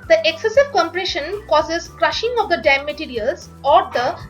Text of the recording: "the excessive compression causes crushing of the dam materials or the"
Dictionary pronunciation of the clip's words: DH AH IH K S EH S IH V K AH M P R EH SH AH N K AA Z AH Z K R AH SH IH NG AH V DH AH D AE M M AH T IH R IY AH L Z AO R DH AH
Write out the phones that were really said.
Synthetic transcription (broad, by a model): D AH IH K S EH S IH V K AH M P R EH SH AH N K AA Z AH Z K R AH SH IH NG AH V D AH D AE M M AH T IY R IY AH L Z AO R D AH